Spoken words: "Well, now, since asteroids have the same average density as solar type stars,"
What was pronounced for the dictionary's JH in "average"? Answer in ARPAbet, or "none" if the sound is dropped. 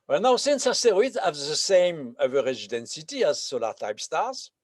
Z